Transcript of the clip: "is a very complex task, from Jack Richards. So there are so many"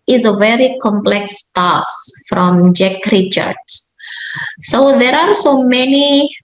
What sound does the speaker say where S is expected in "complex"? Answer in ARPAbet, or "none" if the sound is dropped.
S